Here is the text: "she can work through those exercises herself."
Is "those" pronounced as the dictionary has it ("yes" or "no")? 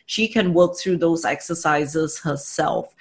yes